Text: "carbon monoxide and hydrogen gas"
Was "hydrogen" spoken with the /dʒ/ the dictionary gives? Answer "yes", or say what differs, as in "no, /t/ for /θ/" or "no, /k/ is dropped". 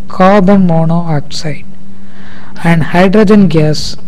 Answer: yes